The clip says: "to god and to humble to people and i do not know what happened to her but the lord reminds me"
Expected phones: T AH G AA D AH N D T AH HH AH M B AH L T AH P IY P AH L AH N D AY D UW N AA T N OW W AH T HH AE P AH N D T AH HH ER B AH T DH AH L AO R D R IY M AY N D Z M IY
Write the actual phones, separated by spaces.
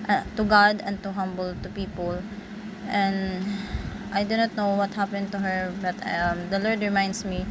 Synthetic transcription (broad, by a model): T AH G AA D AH N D T AH HH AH M B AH L T AH P IY P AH L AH N D AY D UW N AA T N OW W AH T HH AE P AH N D T AH HH ER B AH T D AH L AO R D R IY M AY N D S M IY